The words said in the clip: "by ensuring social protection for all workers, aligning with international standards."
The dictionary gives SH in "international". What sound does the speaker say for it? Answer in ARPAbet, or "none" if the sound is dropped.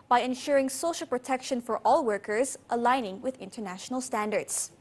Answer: SH